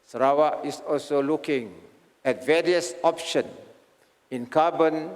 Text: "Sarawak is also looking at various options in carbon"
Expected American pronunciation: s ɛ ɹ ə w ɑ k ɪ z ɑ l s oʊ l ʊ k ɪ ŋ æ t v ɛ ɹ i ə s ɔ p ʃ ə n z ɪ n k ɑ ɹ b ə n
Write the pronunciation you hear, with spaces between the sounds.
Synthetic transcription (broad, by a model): s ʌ ɹ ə w ɑ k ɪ s ɑ l s oʊ l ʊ k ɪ ŋ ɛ t v ɛ ɹ i ə s ɔ p ʃ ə n ɪ n k ɑ b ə n